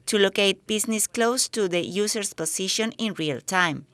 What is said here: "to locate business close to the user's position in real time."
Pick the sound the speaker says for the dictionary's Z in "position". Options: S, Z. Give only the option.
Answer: S